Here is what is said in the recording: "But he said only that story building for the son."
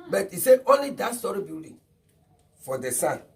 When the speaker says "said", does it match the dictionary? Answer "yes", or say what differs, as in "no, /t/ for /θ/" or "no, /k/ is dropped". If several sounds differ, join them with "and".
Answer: no, /d/ is dropped